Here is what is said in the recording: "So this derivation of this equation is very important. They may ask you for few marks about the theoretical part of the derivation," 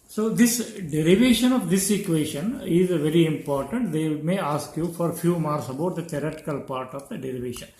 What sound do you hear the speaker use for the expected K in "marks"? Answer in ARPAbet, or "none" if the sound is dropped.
none